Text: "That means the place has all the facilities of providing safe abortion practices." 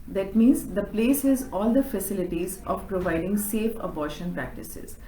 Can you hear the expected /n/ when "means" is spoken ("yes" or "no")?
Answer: yes